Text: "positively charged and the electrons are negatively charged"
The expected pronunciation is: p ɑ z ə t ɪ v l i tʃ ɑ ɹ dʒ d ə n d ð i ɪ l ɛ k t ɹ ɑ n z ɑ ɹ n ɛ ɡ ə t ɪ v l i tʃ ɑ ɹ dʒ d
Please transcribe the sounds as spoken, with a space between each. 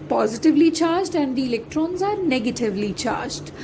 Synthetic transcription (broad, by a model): p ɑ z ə t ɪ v l i tʃ ɑ ɹ dʒ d ə n d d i ɪ l ɛ k t ɹ ɑ n z ɑ ɹ n ɛ ɡ ə t ɪ v l i tʃ ɑ ɹ dʒ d